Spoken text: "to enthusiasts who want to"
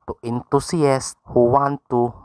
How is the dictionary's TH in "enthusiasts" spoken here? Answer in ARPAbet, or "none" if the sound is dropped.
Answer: T